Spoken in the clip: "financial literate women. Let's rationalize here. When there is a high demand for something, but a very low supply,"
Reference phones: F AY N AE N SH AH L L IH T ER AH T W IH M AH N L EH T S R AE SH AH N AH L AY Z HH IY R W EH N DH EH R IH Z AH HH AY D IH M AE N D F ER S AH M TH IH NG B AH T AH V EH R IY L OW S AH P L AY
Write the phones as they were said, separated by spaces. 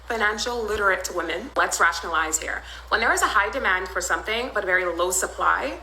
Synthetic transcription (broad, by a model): F AY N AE N SH L L IH T ER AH T W IH M AH N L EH T S R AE SH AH N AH L AY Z HH IY R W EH N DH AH R IH Z AH HH AY D IH M AE N D F ER S AH M TH IH NG B AH T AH V EH R IY L OW S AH P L AY